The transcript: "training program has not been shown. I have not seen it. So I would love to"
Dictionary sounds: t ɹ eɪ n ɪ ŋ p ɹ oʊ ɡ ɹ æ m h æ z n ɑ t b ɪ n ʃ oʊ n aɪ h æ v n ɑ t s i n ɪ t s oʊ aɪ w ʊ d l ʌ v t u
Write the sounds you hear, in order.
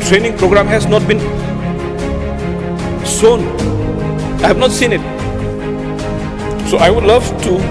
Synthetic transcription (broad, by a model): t ɹ eɪ n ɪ ŋ p ɹ oʊ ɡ ɹ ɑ m h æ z n ɑ t b ɪ n s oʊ n aɪ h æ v n ɑ t s i n ɪ t s oʊ aɪ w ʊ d l ʌ v t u